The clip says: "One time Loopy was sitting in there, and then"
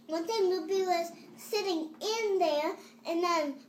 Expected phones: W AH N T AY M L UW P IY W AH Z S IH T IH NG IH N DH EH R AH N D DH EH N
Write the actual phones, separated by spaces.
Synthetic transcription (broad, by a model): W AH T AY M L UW B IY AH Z S IH T IH NG IH N DH EH R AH N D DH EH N